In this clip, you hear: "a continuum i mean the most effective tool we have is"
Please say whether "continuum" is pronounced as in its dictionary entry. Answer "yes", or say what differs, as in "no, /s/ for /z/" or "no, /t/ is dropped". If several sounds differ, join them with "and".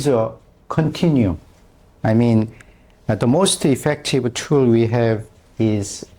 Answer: no, /m/ is dropped